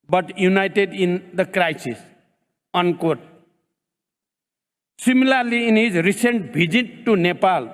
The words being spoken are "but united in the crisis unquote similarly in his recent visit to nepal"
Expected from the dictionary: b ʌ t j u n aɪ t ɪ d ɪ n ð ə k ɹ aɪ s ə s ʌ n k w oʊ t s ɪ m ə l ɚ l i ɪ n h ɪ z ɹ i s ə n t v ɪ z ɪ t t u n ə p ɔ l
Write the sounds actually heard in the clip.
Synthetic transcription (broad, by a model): b ʌ t j u n aɪ t ɪ d ɪ n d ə k ɹ aɪ s ə s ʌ n k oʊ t s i m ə l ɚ l i ɪ n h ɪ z ɹ i s ə n t b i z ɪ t t u n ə p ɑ l